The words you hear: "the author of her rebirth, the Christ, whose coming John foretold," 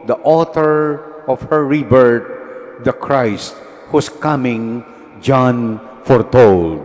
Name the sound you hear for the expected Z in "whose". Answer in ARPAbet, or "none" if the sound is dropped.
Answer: S